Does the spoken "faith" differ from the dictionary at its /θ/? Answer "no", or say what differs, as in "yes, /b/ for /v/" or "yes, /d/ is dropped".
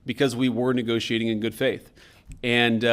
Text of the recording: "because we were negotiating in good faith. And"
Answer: no